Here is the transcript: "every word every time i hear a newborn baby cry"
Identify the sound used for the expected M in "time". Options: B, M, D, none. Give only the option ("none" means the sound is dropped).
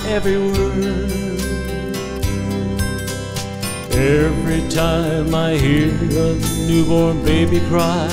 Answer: M